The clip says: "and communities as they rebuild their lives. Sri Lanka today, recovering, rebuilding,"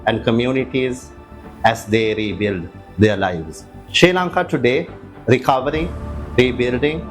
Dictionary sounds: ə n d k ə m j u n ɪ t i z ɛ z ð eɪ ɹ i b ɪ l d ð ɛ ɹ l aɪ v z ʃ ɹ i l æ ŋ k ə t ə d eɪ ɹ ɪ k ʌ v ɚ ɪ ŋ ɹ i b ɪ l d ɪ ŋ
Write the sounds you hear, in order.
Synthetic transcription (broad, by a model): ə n d k ə m j u n ɪ t i z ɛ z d eɪ ɹ i b ɪ l d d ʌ ɹ l aɪ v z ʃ ɛ l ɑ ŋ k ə t ə d eɪ ɹ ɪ k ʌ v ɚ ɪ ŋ ɹ i b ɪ l d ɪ ŋ